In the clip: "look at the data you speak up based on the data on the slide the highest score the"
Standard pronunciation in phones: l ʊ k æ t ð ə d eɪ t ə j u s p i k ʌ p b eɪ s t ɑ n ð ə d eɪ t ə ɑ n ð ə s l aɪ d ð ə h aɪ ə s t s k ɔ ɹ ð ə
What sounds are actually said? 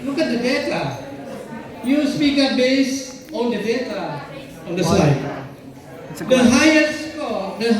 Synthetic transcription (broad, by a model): l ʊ k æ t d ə d eɪ t ə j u s p i k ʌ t b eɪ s ɑ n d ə d eɪ t ə ɑ n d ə s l aɪ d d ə h aɪ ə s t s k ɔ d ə